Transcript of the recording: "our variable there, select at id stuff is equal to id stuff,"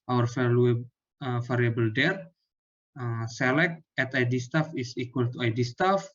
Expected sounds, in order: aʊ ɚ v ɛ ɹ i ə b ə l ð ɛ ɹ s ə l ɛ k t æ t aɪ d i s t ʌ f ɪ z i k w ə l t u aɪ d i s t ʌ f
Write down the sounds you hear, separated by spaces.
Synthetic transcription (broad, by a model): aʊ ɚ f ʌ ɹ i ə b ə l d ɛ ɹ s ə l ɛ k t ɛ t aɪ d i s t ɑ f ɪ s i k w ə l t u aɪ d i s t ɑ f